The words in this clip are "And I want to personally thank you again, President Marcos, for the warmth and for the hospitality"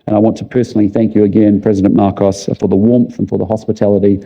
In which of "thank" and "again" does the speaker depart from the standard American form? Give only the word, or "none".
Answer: none